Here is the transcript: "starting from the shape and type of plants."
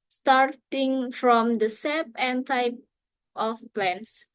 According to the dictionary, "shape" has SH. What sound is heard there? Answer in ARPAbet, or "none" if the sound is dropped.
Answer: S